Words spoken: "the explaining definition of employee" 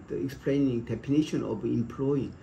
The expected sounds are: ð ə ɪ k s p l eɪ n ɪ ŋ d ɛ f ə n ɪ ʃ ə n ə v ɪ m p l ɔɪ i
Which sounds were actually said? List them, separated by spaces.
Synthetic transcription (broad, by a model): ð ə ɪ k s p l eɪ n ɪ ŋ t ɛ p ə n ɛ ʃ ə n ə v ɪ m p l ɔɪ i